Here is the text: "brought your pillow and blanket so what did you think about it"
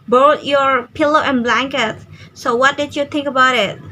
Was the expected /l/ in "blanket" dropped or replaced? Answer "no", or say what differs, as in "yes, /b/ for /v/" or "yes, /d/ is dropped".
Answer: no